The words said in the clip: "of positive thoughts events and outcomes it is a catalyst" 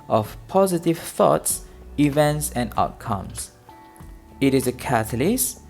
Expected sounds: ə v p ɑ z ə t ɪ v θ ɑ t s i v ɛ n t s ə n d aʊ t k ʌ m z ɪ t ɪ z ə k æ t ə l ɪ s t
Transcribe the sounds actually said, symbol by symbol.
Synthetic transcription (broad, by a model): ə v p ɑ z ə t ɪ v θ ɑ t s i v ɛ n t s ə n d aʊ t k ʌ m s ɪ t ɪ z ə k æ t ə l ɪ s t